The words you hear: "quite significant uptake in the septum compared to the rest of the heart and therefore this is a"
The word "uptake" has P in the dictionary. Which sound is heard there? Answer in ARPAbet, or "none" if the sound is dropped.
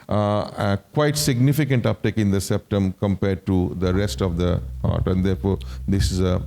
P